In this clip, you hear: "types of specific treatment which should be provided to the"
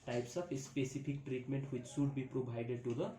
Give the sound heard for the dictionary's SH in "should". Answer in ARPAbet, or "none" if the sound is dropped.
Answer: S